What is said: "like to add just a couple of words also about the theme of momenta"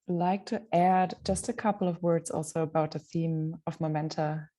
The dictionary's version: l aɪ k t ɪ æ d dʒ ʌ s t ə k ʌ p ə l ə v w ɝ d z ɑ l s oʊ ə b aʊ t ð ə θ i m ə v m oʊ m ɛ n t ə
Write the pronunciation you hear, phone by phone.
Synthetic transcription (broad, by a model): l aɪ k t ɪ æ d dʒ ʌ s t ə k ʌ p l ə v w ɝ d z ɑ l s oʊ ə b aʊ t ð ə θ i m ə v m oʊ m ɛ n t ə